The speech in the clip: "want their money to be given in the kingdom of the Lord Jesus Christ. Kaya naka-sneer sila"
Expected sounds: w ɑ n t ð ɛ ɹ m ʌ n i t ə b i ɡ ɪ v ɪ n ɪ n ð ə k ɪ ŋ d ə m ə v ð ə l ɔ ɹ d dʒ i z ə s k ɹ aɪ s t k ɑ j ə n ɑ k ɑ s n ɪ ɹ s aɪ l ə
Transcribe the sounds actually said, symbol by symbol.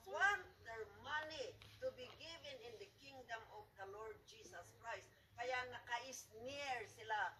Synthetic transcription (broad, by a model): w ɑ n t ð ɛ ɹ m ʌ n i t ə b i ɡ ɪ v ɪ n ɪ n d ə k ɪ ŋ d ə m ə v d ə l ɔ ɹ d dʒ i s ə s k ɹ aɪ s t k ɑ j ə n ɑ k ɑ s n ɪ ɹ s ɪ l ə